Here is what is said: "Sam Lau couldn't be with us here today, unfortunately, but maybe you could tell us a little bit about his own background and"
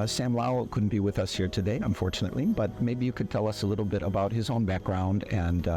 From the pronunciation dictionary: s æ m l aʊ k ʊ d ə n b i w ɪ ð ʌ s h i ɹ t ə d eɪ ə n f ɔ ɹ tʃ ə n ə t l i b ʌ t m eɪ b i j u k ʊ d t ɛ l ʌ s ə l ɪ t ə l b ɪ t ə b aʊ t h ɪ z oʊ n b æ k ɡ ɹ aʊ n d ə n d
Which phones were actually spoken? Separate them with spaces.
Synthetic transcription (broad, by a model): s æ m l aʊ k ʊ d n b i w ɪ ð ʌ s h i ɹ t ə d eɪ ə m f ɔ ɹ tʃ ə n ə t l i b ʌ t m eɪ b i j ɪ k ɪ d t ɛ l ʌ s ə l ɪ t l b ɪ t ə b aʊ t h ɪ z oʊ n b æ k ɡ ɹ aʊ n d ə n